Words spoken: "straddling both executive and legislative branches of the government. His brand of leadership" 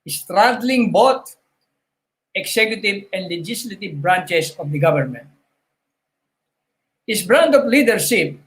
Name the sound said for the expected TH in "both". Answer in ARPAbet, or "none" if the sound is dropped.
T